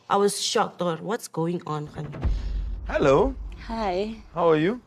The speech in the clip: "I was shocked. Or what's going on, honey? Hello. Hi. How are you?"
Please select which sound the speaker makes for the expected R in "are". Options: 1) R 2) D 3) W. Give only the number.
1